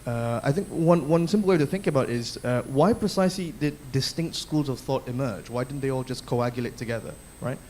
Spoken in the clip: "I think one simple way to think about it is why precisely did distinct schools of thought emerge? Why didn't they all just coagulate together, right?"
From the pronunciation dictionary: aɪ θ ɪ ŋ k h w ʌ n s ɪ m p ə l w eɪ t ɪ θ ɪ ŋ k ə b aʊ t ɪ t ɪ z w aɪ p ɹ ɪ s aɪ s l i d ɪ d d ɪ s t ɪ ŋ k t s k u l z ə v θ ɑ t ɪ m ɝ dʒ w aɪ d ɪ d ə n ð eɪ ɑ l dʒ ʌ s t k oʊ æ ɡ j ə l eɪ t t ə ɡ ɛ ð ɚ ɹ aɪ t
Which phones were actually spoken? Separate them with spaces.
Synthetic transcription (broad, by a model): aɪ θ ɪ ŋ k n w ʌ n s ɪ m p l w eɪ t ɪ θ ɪ ŋ k ə b aʊ t ɪ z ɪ w aɪ p ɹ ɪ s aɪ s l i d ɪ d d ɪ s t ɪ ŋ k t s k u l z ə v θ ɑ t ɪ m ɝ dʒ w aɪ d ɪ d n ð eɪ ɑ l dʒ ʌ s k oʊ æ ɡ j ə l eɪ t t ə ɡ ɛ ð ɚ ɹ aɪ t